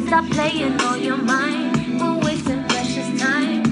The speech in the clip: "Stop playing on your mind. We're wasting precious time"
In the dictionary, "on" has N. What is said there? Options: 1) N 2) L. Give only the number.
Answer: 2